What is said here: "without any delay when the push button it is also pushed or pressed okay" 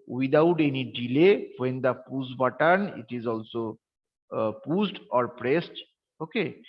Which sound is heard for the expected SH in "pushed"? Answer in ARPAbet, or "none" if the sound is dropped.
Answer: S